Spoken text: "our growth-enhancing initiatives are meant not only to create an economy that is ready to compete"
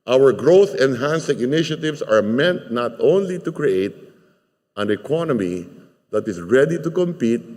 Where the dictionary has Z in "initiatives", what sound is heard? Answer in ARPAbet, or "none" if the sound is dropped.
S